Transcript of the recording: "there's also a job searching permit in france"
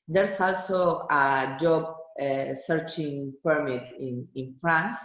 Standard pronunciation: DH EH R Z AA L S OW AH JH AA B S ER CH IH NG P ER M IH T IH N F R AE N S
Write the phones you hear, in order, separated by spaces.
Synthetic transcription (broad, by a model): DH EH R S AA L S OW AH JH AA B S ER CH IH NG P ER M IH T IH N F R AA N S